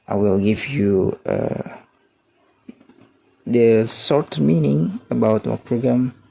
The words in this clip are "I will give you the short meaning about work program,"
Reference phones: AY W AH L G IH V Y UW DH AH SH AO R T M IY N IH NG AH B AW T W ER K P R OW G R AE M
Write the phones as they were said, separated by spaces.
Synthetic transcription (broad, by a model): AY W AH L G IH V Y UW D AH S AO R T M IY N IH NG AH B AW T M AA P R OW G R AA M